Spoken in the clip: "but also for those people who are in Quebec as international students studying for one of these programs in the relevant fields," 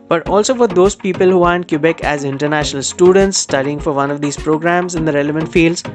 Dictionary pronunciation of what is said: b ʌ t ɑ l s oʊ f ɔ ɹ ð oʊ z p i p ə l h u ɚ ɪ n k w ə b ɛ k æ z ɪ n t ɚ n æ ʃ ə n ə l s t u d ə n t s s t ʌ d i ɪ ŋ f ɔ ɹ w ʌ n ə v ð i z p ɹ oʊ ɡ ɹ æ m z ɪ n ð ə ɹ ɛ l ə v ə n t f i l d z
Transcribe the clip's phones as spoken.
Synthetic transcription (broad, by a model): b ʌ t ɑ l s oʊ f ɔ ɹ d oʊ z p i p ə l h u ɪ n k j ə b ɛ k æ z ɪ n t ɚ n æ ʃ ə n ə l s t u d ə n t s s t ʌ d i ɪ ŋ f ɔ ɹ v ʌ n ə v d i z p ɹ oʊ ɡ ɹ æ m z ɪ n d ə ɹ ɛ l ə v ə n t f i l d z